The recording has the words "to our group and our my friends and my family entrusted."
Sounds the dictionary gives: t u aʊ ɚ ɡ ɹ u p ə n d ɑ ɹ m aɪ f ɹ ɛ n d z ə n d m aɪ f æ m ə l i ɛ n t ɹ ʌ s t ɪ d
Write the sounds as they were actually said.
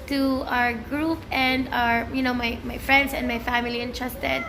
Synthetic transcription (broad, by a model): t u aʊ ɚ ɡ ɹ u p ə n d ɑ ɹ m aɪ f ɹ ɛ n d s ə n d m aɪ f æ m ə l i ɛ n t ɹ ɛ s t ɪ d